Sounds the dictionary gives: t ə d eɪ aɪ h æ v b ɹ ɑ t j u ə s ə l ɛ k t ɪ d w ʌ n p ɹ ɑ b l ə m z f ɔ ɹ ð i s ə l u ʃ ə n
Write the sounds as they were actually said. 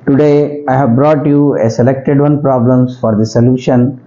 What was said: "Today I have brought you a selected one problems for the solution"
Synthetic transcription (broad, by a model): t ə d eɪ aɪ h æ v b ɹ ɑ t j u ə s ə l ɛ k t ɪ d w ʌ n p ɹ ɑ b l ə m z f ɔ ɹ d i s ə l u ʃ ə n